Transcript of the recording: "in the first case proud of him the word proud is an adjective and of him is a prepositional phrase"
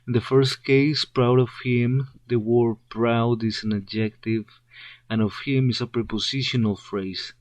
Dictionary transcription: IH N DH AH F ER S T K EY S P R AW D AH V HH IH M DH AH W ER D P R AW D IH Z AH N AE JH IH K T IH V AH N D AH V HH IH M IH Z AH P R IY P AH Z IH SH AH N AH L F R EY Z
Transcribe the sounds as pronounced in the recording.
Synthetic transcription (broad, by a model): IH N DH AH F ER S T K EY S P R AW D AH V HH IH M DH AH W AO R P R AW D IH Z AH N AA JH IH K T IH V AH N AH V HH IH M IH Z AH P R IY P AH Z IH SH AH N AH L F R EY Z